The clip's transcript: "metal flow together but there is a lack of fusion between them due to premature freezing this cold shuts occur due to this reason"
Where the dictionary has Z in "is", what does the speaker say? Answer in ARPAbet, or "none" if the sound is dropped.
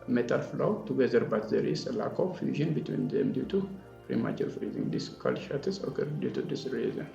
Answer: S